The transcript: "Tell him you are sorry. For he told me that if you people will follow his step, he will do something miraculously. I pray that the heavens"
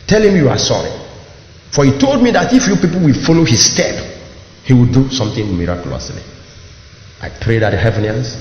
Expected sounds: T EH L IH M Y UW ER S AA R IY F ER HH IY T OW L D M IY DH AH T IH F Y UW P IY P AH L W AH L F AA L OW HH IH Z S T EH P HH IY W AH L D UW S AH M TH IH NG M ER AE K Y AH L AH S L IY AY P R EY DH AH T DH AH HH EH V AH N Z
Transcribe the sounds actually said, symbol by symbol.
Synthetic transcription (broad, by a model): T EH L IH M Y UW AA S AA R IY F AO HH IY T OW L D M IY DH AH T IH F Y UW P IY P AH L W AH L F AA L OW HH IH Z S T EH P HH IY W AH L D UW S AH M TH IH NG M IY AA K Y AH L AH S L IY AY P R EY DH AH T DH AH HH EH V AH N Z